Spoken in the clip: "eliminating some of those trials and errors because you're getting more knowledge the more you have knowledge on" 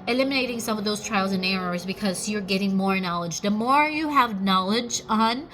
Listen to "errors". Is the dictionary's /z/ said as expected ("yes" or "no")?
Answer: yes